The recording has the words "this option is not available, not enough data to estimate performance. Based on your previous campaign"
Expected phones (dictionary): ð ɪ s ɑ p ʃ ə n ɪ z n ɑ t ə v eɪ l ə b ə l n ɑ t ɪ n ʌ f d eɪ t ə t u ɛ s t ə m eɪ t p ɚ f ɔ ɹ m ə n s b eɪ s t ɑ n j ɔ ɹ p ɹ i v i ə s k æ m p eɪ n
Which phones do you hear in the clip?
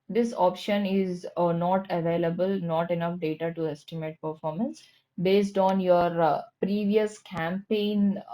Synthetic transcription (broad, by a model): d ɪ s ɑ p ʃ ə n ɪ z n ɑ t ə v eɪ l ə b ə l n ɑ t ɪ n ʌ f d eɪ t ə t u ɛ s t ə m eɪ t p ɚ f ɔ ɹ m ə n s b eɪ s t ɑ n j ɔ ɹ p ɹ i v i ə s k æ m p eɪ n